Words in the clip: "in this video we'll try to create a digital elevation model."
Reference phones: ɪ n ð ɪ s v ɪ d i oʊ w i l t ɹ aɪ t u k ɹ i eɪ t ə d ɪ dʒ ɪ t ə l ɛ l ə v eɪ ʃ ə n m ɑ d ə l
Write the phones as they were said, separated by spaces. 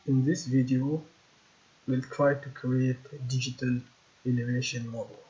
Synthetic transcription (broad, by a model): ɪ n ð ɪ s v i d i oʊ w i l t ɹ aɪ t u k ɹ i eɪ t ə d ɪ dʒ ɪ t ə l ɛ n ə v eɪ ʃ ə n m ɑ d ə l